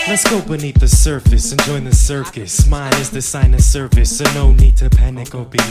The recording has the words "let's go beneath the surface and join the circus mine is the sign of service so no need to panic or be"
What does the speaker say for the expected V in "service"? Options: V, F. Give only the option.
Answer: F